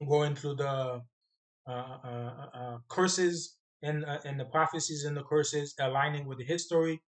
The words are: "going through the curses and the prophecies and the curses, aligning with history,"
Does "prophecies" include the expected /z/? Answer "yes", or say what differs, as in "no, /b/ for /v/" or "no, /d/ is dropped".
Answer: yes